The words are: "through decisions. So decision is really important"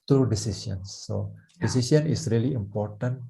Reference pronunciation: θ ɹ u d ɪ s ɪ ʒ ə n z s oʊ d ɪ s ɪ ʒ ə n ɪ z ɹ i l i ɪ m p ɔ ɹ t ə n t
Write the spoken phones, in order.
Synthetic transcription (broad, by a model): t ɹ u d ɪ s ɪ s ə n s oʊ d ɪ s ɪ s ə n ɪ s ɹ i l i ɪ m p ɔ ɹ t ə n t